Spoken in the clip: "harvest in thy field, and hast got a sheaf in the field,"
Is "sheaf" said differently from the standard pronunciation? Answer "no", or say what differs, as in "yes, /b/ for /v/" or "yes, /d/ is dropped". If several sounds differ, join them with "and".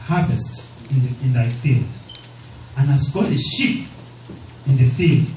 yes, /p/ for /f/